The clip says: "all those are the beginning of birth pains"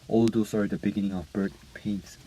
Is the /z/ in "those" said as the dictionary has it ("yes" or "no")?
no